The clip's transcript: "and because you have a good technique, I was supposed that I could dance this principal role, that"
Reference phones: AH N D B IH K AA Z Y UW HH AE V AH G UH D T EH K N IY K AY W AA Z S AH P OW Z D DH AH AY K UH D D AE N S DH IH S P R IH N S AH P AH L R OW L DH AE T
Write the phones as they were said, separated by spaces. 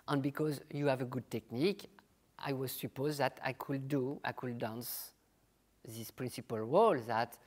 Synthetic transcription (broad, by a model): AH N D B IH K AA Z Y UW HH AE V AH G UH D T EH K N IY K AY W AA Z S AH P OW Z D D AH AY K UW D D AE N S DH IH S P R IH N S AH P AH L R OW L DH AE T